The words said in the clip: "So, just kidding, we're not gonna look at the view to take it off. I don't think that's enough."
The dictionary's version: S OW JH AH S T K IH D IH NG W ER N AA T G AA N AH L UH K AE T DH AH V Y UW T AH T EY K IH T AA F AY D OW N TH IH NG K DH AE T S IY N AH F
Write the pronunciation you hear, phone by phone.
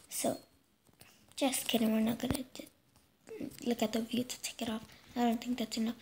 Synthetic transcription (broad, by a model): S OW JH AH S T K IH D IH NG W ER N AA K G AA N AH L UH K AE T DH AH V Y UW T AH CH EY K IH T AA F AY D OW N T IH NG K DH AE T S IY N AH